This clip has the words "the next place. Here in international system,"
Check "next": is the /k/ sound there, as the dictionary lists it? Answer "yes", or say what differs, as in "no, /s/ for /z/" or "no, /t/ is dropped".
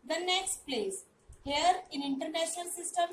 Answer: yes